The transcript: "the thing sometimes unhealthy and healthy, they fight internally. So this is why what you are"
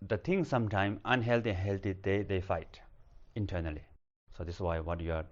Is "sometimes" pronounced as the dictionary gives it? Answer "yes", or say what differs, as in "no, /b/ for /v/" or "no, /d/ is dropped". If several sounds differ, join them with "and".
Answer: no, /z/ is dropped